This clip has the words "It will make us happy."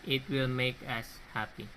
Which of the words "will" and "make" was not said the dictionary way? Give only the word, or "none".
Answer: none